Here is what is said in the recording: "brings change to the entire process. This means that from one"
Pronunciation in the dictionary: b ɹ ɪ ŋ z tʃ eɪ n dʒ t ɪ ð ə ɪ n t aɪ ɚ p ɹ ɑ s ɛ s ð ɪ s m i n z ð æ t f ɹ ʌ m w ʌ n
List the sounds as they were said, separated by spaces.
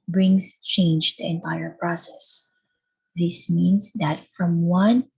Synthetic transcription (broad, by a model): b ɹ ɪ ŋ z tʃ eɪ n dʒ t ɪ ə ɪ n t aɪ ɚ p ɹ ɑ s ɛ s ð ɪ s m i n s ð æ t f ɹ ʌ m w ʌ n